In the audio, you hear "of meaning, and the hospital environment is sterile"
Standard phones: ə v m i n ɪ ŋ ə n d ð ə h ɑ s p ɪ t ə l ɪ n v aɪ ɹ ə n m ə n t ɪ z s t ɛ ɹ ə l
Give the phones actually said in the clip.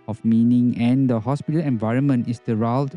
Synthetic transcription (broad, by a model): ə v m i n ɪ ŋ ə n d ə h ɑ s p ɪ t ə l ɪ n v aɪ ɹ ə n m ə n t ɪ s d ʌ ɹ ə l